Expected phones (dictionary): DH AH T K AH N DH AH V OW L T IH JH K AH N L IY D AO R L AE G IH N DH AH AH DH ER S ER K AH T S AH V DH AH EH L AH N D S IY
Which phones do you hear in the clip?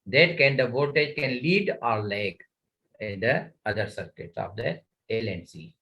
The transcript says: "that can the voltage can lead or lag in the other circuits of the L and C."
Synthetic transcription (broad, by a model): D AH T K AH N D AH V OW T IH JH K AH N L IY D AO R L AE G IH N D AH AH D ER S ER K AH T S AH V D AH EH L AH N S IY